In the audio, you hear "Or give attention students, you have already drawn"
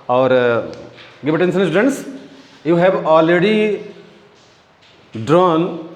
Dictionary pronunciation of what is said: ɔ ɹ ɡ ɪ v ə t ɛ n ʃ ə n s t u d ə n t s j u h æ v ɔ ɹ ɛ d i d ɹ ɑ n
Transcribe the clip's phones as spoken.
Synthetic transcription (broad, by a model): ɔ ɹ ɡ ɪ v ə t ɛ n s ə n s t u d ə n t s j u h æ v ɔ l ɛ d i d ɹ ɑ n